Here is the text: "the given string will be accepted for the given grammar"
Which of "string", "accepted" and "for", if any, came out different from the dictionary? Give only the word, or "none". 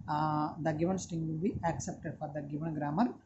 string